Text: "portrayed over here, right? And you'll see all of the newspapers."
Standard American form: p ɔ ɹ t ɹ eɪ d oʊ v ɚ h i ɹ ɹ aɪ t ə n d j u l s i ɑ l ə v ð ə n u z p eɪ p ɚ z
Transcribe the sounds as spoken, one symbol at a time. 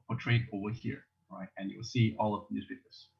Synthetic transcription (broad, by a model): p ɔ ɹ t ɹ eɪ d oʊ w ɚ h i ɹ ɹ aɪ t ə n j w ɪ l s i ɑ l ə v ð ə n u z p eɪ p ɚ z